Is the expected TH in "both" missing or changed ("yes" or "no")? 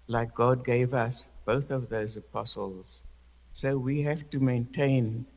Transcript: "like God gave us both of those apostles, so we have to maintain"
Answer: no